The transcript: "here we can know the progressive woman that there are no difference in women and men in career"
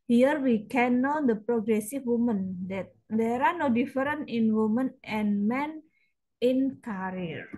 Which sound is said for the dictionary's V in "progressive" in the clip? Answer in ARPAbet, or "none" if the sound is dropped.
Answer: F